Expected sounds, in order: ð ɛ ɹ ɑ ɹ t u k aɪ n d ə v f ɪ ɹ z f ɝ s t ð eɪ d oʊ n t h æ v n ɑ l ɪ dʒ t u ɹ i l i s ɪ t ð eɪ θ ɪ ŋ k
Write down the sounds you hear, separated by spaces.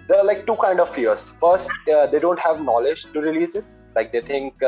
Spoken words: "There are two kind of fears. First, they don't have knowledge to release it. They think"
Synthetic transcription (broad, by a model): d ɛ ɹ ɑ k t u k aɪ n d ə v f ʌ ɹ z f ɝ s t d eɪ d oʊ n t h æ v n ɑ l ɪ dʒ t u ɹ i l i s ɪ t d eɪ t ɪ ŋ k